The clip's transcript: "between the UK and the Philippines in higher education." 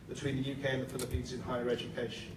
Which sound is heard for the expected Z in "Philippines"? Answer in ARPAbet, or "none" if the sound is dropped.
Z